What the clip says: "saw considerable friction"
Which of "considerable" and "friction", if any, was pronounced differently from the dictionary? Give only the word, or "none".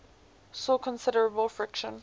none